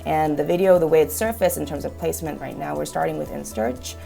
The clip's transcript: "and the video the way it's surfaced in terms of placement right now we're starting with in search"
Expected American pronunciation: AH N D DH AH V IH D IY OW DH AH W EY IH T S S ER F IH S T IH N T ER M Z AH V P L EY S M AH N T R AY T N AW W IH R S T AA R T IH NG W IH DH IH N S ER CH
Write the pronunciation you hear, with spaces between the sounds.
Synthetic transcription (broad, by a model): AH N DH AH V IH D IY OW DH AH W EY IH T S S ER F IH S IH N T ER M Z AH V P L EY S M AH N T R AY T N AW W IH R S T AA R T IH NG W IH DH IH N S ER CH